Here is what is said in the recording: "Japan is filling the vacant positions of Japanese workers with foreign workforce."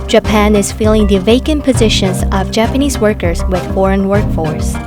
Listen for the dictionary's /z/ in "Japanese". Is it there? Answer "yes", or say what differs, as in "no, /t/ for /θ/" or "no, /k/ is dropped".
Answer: yes